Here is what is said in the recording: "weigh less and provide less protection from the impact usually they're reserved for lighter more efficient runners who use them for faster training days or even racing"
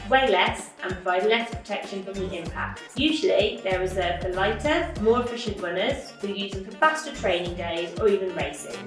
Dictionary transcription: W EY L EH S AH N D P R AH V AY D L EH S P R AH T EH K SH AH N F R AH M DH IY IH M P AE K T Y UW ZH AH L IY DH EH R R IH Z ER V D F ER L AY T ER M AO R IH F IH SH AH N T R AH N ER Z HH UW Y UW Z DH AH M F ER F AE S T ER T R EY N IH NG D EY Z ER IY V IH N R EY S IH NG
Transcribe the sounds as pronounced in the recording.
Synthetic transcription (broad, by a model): W EY L EH S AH N P R AH V AY D L EH S P R AH T EH K SH AH N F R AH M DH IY IH M P AE K T Y UW ZH AH L IY DH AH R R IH Z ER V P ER L AY T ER M AO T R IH SH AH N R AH N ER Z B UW Y UW Z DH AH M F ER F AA S T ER T R EY N IH NG D EY Z ER IY V IH N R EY S IH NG